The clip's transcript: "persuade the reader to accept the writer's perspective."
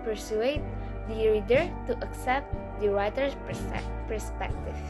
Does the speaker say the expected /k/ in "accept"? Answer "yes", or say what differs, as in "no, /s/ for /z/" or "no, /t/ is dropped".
yes